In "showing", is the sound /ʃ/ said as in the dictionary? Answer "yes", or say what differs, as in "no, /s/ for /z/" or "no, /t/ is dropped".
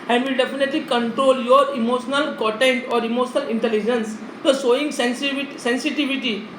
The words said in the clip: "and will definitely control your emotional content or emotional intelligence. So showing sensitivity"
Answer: no, /s/ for /ʃ/